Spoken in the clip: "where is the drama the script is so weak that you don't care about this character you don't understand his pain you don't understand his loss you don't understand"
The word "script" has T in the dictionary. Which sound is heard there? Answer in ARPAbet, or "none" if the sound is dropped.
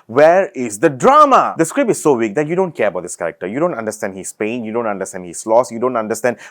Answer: none